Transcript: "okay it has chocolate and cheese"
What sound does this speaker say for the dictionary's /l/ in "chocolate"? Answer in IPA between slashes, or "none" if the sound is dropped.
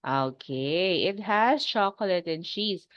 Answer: /l/